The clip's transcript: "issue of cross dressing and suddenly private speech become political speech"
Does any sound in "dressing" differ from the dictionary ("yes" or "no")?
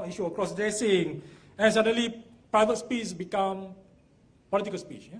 yes